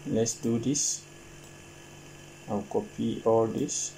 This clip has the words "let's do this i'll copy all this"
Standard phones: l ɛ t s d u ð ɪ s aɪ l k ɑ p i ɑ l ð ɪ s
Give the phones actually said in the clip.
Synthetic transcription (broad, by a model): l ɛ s d u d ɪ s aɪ w k ɑ p i ɑ l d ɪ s